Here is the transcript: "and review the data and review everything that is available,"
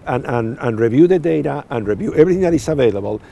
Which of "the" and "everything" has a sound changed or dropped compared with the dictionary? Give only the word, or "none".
none